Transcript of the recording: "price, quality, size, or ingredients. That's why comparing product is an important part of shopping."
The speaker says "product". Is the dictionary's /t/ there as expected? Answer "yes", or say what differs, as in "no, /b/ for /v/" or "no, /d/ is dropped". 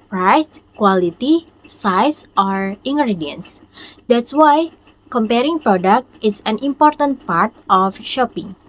yes